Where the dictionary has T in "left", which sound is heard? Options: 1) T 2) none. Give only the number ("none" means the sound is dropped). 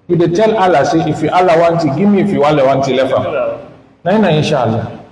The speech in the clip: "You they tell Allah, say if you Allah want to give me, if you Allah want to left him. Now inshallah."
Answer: 2